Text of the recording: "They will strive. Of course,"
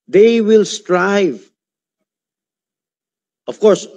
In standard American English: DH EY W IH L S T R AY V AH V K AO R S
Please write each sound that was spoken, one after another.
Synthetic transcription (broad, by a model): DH EY W IH L S T R AY V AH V K AO R S